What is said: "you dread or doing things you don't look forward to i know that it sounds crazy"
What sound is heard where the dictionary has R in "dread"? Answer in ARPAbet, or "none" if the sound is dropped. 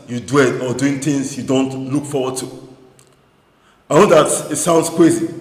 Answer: W